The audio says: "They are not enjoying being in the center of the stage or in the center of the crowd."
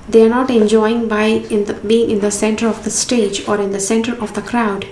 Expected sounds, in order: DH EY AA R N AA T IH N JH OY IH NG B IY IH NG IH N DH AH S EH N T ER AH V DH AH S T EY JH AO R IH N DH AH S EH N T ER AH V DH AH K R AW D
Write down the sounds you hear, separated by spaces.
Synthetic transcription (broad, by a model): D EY AA R N AA T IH N JH OY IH NG B IY IH NG IH N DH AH S EH N T ER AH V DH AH S T EY JH AO R IH N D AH S EH N T ER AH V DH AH K R AW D